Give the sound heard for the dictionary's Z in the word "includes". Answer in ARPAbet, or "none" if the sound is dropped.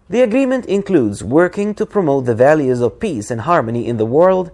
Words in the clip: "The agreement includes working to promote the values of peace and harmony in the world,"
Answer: Z